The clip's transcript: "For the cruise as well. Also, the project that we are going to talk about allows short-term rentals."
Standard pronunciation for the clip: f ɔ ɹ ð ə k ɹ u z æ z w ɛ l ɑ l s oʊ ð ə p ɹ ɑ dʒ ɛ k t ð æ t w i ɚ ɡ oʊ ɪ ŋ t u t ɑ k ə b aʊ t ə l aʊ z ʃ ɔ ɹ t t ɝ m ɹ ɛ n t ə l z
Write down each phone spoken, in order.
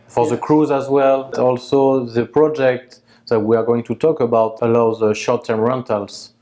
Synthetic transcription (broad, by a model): f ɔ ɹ ð ə k ɹ u z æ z w ɛ l ɑ l s oʊ ð ə p ɹ ɑ dʒ ɛ k t ð æ t w i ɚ ɡ oʊ ɪ ŋ t u t ɑ k ə b aʊ t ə l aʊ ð ʃ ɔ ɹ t t ɝ m ɹ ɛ n t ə l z